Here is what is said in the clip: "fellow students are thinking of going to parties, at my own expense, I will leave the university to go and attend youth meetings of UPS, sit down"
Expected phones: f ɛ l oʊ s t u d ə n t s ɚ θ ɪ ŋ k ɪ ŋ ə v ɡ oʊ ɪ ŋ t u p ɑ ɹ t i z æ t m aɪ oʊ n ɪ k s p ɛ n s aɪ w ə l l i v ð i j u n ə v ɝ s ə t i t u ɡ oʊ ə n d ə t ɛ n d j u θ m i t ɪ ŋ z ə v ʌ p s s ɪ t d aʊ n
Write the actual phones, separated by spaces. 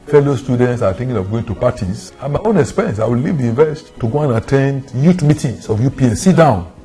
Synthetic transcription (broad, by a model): f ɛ l oʊ s t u d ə n t s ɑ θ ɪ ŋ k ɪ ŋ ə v ɡ oʊ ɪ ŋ t u p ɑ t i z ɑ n m aɪ oʊ n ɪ k s p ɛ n s aɪ w ə l l i v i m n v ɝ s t t u ɡ oʊ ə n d ə t ɛ n d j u t m i t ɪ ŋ s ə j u p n s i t d aʊ n